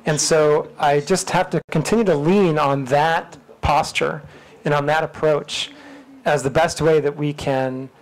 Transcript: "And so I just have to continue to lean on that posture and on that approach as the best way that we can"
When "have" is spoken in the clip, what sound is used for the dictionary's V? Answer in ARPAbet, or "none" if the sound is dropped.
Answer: F